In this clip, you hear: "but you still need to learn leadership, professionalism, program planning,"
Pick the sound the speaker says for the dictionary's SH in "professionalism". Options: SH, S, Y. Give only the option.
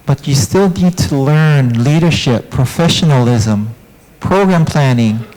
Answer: SH